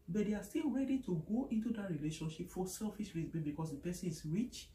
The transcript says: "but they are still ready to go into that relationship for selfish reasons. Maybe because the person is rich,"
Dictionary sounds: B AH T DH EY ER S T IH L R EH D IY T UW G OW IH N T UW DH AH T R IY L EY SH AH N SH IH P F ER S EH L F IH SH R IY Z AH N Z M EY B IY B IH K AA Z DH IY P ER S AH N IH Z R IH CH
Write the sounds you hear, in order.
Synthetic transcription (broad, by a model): B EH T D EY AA S T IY L R EH D IY T UW G OW IH N T UW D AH T R IY L EY SH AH N SH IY P F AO S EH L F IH S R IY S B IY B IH K AA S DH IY P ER S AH N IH S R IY CH